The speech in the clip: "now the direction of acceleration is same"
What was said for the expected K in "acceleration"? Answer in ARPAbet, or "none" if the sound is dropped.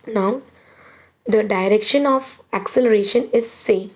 K